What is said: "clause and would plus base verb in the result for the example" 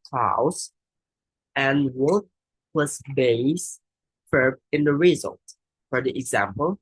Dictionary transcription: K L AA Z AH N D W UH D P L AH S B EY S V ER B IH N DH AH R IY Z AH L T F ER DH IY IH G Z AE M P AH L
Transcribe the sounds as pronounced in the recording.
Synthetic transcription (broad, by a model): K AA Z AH N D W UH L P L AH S B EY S F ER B IH N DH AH R IY Z AH L T F ER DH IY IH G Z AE M P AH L